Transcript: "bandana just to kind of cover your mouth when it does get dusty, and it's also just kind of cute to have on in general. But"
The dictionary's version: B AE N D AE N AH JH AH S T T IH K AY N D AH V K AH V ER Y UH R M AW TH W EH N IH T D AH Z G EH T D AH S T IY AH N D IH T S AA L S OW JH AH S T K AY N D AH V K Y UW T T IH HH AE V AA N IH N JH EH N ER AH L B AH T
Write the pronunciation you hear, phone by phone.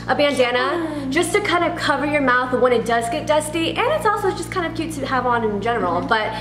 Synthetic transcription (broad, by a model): B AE N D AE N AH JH AH S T T IH K AY N D AH V K AH V ER Y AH R M AW TH W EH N IH T D AH Z G EH T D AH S T IY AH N IH T S AA L S OW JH AH S K AY N D AH V K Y UW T T IH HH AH V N IH N JH EH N ER L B AH T